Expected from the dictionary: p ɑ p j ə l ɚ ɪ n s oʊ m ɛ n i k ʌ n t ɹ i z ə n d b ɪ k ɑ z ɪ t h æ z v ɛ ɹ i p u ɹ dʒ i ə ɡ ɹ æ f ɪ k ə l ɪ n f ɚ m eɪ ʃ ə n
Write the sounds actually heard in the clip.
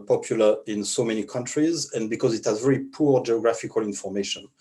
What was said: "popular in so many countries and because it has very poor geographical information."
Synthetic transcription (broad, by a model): p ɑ p j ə l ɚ ɪ n s oʊ m ɛ n i k ʌ n t ɹ i z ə n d b ɪ k ɑ z ɪ t h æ z v ɛ ɹ i p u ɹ dʒ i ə ɡ ɹ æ f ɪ k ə l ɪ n f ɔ m eɪ ʃ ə n